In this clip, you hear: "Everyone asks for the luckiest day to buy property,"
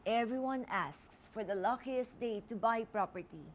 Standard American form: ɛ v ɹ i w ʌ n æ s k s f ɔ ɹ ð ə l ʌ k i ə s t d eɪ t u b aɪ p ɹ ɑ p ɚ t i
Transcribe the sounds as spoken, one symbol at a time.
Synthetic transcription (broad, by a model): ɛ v ɹ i w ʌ n æ s k s f ɔ ɹ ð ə l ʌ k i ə s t d eɪ t u b aɪ p ɹ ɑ p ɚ t i